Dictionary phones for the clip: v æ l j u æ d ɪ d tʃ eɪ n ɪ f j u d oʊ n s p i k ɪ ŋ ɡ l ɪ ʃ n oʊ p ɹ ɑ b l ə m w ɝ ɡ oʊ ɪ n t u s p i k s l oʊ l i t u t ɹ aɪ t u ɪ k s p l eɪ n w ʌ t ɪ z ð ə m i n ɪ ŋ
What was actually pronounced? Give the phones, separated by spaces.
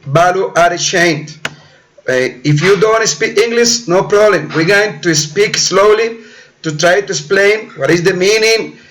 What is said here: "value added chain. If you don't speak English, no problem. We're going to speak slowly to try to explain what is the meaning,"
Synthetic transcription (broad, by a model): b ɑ l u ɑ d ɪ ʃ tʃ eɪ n ɪ f j u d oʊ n s p i k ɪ ŋ ɡ l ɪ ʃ n oʊ p ɹ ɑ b l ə m w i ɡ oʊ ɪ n t u s p i k s l oʊ l i t u t ɹ aɪ t u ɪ s p l eɪ n w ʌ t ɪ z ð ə m i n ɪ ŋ